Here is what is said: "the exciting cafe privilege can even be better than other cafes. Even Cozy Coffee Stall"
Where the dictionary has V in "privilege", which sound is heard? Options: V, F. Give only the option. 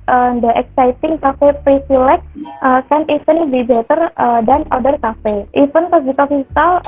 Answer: F